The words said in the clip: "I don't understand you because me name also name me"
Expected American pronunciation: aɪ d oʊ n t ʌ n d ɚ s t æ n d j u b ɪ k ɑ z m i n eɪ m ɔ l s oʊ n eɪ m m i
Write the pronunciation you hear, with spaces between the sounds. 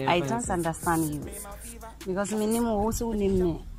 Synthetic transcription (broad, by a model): aɪ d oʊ n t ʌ n d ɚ s t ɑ n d j u b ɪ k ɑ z m i n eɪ m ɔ w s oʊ n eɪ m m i